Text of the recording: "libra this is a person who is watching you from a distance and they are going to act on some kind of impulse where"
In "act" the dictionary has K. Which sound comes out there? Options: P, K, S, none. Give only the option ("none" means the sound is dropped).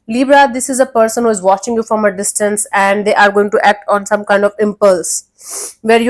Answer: K